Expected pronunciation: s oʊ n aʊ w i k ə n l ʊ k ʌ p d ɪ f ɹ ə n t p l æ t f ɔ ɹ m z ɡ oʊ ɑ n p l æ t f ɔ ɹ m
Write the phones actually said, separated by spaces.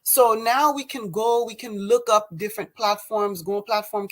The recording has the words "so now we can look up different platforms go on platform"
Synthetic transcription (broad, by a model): s oʊ n aʊ w i k ə n l ʊ k ʌ p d ɪ f ɹ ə n p l æ t f ɔ ɹ m z ɡ oʊ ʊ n p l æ t f ɔ ɹ m